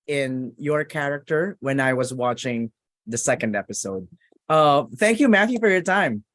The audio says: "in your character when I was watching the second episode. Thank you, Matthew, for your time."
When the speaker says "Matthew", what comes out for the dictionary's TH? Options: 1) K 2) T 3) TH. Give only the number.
3